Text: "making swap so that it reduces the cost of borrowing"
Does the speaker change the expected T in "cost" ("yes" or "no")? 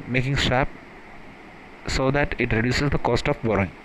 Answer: no